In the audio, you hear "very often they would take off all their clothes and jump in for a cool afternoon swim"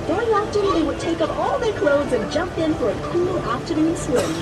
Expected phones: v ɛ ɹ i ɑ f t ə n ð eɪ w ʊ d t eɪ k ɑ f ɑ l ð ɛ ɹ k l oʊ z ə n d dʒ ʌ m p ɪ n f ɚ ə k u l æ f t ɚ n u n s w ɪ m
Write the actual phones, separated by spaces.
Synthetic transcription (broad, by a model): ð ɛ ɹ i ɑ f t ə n ð eɪ w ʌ d t eɪ k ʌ p ɑ l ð ɛ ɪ k l oʊ z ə n dʒ ʌ m p ɪ n f ɚ ə k u l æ p t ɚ n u n s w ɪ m